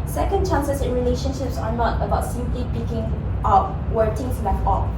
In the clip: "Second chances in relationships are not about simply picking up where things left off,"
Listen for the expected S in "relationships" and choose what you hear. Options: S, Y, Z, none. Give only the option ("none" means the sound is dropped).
S